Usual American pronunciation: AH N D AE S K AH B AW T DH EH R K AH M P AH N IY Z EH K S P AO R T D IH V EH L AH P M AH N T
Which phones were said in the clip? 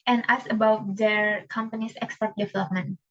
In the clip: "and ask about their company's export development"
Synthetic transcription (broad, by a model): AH N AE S AH B AW T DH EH R K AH M P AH N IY S EH K S P AO R T D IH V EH L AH P M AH N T